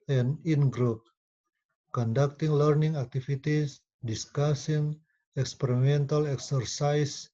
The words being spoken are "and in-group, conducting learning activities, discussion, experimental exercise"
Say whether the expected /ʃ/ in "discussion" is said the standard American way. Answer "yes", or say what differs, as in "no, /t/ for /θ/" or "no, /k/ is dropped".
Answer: no, /s/ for /ʃ/